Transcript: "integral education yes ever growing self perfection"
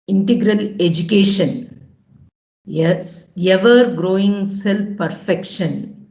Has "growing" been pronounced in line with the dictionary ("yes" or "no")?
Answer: yes